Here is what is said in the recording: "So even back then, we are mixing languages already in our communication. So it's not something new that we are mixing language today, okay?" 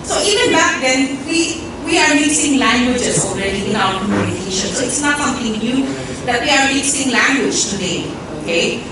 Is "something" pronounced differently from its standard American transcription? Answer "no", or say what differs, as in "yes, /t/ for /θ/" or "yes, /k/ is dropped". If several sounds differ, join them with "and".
yes, /t/ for /θ/